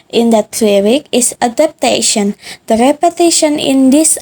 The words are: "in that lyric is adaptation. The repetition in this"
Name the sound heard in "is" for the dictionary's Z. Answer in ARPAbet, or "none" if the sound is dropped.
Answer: S